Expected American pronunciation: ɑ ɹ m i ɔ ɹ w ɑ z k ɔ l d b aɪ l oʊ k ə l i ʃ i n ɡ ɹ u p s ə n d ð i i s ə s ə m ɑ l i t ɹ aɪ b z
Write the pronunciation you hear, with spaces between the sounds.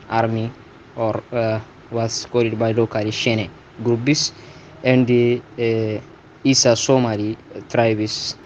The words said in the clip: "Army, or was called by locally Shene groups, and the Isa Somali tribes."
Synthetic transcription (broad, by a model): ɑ ɹ m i ɔ ɹ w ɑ s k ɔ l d b aɪ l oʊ k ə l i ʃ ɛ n ɡ ɹ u b s ə n d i i s ə s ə m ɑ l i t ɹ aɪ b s